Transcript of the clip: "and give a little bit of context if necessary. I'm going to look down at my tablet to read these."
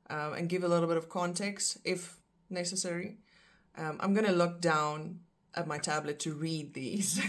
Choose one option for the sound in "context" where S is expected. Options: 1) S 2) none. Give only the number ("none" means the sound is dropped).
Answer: 1